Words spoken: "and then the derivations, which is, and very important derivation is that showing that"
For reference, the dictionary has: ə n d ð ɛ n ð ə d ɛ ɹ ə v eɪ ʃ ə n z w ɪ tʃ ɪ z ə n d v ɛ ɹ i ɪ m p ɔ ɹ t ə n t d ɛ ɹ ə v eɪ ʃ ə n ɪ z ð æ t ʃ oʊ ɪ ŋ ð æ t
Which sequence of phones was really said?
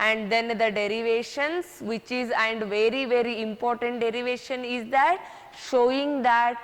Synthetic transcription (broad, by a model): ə n d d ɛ n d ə d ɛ ɹ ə v eɪ ʃ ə n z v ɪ tʃ ɪ z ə n d v ɛ ɹ i ɪ m p ɔ ɹ t ə n t d ɛ ɹ ə v eɪ ʃ ə n ɪ z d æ t ʃ oʊ ɪ ŋ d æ t